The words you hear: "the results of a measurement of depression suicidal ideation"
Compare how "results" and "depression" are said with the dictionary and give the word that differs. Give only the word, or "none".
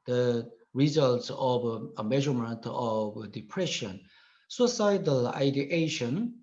none